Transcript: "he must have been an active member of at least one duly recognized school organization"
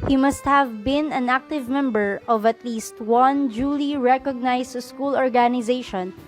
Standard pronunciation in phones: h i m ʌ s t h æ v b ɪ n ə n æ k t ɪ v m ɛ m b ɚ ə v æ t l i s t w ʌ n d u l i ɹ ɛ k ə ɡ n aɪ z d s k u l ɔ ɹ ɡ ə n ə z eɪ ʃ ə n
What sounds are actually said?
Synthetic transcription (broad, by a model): h i m ʌ s t h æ v b ɪ n ə n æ k t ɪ v m ɛ m b ɚ ə v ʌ t l i s t w ʌ n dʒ u l i ɹ ɛ k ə ɡ n aɪ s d s k u l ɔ ɹ ɡ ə n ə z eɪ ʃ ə n